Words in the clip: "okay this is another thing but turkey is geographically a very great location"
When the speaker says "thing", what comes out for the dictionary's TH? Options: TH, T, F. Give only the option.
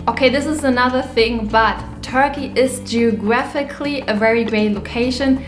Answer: TH